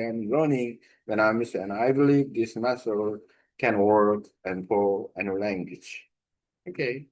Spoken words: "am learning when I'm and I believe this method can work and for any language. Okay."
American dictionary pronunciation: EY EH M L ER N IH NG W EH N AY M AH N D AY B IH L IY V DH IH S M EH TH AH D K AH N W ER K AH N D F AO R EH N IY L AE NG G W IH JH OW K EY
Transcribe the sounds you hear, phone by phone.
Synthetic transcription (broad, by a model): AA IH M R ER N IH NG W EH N AY M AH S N AY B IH L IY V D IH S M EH S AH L K AH N W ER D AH N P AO L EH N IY L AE NG G W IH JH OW K EY